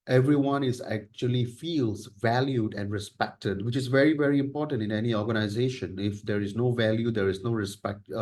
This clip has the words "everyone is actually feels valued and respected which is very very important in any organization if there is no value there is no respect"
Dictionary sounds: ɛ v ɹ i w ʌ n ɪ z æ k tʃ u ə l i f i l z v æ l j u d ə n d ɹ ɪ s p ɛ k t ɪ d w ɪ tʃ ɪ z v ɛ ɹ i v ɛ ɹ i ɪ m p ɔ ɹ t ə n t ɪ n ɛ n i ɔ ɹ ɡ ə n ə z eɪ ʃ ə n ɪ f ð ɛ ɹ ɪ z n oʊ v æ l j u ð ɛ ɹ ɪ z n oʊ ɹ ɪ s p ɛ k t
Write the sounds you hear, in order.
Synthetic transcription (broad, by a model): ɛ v ɹ i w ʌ n ɪ z æ k tʃ u ə l i f i l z v æ l j u d ə n d ɹ ɪ s p ɛ k t ɪ d w ɪ tʃ ɪ z v ɛ ɹ i v ɛ ɹ i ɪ m p ɔ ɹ t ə n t ɪ n ɛ n i ɔ ɹ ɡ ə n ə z eɪ ʃ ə n ɪ f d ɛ ɹ ɪ z n oʊ v æ l j u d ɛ ɹ ɪ z n oʊ ɹ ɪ s p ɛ k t